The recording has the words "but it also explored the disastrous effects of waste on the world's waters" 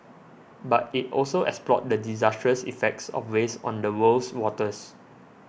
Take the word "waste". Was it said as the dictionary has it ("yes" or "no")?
no